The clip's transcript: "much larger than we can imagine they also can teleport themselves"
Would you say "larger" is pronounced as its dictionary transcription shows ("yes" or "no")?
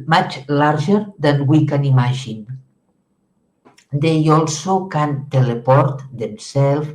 no